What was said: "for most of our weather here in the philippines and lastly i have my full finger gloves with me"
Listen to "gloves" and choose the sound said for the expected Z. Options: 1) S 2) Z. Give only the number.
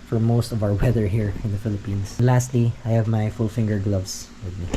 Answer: 1